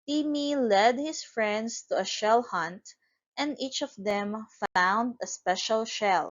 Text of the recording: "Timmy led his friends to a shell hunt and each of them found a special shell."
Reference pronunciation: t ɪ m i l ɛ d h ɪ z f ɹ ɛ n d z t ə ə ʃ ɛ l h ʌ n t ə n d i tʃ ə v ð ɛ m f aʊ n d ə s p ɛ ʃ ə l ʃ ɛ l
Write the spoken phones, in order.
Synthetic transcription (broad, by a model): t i m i l ɛ d h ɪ s f ɹ ɛ n d s t ə ə ʃ ɛ l h ʌ n t ə n d i tʃ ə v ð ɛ m f aʊ n d ə s p ɛ ʃ ə l ʃ ɛ l